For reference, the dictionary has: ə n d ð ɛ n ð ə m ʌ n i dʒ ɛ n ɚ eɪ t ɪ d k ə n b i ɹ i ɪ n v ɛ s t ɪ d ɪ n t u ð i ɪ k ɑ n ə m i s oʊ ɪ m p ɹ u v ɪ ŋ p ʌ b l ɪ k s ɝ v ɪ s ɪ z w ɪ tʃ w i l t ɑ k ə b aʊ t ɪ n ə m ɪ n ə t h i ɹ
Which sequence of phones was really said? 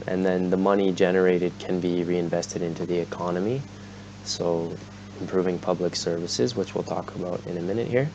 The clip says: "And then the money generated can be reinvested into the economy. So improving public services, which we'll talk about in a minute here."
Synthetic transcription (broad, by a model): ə n ð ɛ n ð ə m ʌ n i dʒ ɛ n ɚ eɪ t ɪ d k ə n b i ɹ i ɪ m v ɛ s t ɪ d ɪ n t u ð i ɪ k ɑ n ə m i s oʊ ɪ m p ɹ u v ɪ ŋ p ʌ b l ɪ k s ɝ v ɪ s ɪ z w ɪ tʃ w i l t ɑ k ə b aʊ t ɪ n ə m ɪ n ə t h i ɹ